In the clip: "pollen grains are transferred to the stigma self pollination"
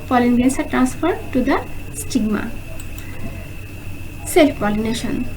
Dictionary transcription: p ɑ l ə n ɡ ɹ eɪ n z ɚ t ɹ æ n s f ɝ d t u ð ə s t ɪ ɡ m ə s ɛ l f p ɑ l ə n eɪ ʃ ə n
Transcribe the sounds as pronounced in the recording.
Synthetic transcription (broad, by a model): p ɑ l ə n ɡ eɪ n s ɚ t ɹ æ n s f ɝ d t u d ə s t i ɡ m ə s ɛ l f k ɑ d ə n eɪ ʃ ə n